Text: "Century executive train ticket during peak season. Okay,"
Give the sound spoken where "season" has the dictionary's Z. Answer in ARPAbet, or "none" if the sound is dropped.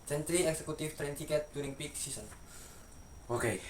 S